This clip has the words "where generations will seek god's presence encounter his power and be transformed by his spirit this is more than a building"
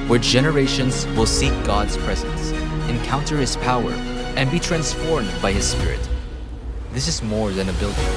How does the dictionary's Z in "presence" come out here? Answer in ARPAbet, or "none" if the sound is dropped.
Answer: Z